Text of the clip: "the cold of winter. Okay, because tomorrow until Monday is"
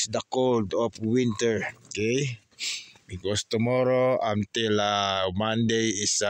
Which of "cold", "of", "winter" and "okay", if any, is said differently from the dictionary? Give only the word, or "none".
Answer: of